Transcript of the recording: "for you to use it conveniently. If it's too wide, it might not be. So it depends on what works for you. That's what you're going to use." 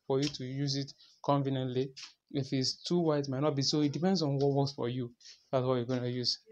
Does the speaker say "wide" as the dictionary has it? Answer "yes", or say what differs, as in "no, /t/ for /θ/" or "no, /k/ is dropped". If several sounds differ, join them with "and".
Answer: no, /d/ is dropped